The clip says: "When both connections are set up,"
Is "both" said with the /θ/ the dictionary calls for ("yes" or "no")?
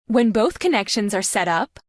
yes